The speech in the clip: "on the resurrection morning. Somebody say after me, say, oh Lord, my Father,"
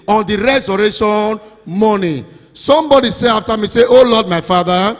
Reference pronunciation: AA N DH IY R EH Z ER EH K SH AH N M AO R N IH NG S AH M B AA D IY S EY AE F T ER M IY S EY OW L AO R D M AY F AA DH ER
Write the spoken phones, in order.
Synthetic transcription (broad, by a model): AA N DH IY R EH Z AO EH SH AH N M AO N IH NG S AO M B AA D IY S EY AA F T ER M IY S EY OW L AO D M AY F AA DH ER